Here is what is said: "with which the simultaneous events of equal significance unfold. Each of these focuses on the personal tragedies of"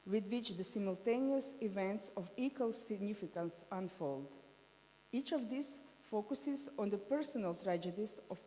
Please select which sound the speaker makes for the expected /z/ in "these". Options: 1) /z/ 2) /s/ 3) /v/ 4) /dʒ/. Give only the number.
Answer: 2